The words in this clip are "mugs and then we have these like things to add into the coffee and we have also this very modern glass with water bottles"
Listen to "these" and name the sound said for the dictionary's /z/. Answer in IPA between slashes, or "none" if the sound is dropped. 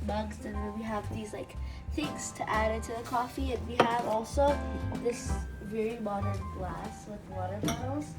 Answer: /z/